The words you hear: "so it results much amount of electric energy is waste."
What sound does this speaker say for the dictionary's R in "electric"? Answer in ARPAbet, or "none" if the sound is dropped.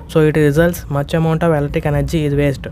none